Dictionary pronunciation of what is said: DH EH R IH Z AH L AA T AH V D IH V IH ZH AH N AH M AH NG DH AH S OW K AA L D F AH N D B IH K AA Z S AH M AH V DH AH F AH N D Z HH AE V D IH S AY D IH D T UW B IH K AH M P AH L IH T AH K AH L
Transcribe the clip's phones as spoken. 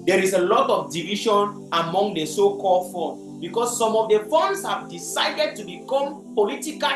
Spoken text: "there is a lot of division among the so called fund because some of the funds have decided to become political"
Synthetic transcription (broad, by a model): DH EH R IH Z AH L AA T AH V D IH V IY SH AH N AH M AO NG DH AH S OW K AA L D F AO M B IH K AA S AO M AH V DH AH F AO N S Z HH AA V D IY S AY D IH D T UW B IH K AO M P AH L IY T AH K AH